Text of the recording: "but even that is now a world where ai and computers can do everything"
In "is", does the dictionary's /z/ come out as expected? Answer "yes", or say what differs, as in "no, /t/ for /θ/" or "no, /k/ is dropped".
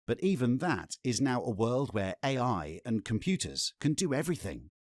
yes